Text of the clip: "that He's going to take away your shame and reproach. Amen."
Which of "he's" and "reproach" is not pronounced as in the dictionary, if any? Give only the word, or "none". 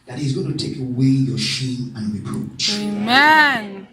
none